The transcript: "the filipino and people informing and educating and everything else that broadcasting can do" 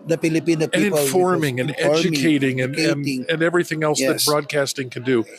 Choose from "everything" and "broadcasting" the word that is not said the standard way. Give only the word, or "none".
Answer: none